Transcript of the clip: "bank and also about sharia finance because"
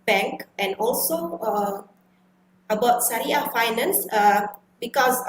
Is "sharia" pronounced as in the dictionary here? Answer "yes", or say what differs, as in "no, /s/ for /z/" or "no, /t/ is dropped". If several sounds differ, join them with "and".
no, /s/ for /ʃ/